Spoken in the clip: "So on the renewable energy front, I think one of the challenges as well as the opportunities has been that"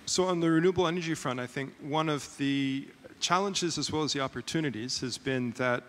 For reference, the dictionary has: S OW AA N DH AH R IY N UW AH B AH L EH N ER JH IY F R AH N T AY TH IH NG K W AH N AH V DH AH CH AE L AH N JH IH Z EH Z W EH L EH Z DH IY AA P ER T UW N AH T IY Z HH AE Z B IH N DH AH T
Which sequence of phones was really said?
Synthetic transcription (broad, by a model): S OW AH N DH AH R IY N UW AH B L EH N ER JH IY F R AH N T AY TH IH NG K W AH N AH V DH AH CH AE L AH N JH IH Z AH Z W EH L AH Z DH IY AA P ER T UW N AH T IY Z HH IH Z B IH N DH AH T